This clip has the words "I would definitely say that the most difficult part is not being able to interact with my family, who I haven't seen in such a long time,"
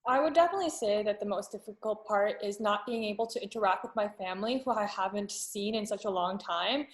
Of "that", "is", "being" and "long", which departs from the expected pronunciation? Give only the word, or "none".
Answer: none